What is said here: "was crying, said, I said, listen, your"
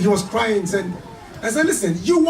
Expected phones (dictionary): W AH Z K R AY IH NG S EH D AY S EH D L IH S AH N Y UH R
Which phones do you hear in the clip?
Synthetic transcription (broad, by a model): W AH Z K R AY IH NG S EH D AY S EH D L IH S AH N Y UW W